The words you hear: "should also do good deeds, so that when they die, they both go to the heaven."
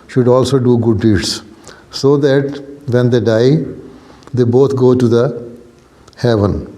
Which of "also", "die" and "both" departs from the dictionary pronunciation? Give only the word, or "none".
both